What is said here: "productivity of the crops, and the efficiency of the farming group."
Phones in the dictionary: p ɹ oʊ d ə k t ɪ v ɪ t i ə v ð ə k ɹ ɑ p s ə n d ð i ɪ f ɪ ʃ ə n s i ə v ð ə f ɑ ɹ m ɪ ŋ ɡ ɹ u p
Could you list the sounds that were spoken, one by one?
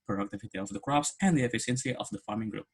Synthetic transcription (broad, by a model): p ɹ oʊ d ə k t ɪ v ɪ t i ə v ð ə k ɹ ɑ p s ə n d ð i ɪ f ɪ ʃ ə n s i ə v ð ə f ɑ ɹ m ɪ ŋ ɡ ɹ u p